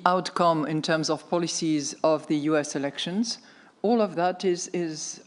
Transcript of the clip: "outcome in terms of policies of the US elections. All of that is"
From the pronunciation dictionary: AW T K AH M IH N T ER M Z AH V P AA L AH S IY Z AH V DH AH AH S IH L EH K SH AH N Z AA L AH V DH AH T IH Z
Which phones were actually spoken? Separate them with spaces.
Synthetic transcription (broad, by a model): AW T K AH M IH N T ER M Z AH V P AA L AH S IY Z AH V DH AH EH S IH L EH K SH AH N Z AA L AH V DH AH T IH Z